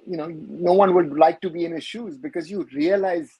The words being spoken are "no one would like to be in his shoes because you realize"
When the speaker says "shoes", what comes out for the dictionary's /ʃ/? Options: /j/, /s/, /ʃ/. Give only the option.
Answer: /ʃ/